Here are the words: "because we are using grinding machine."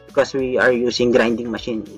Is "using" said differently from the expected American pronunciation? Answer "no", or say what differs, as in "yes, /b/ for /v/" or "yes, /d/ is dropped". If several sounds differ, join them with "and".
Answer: yes, /s/ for /z/